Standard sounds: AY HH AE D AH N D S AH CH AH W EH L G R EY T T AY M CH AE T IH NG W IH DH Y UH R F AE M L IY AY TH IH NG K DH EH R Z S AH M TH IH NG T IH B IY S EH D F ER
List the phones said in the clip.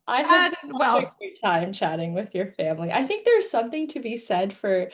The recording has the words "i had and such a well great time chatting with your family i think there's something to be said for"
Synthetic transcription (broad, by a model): AY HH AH AH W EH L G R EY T T AY M CH AE T IH NG W IH DH Y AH R F AE M L IY AY TH IH NG K DH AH R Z S AH M TH IH NG T IH B IY S EH D F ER